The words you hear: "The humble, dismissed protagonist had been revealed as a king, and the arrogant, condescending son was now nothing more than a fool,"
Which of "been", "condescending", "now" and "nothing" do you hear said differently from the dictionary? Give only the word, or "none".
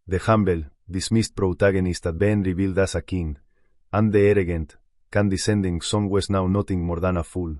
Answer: nothing